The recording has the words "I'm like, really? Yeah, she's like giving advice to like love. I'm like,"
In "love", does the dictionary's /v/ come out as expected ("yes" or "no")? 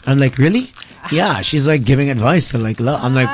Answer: no